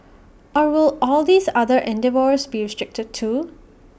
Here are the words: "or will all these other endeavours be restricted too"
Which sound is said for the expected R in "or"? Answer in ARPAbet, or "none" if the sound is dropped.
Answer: R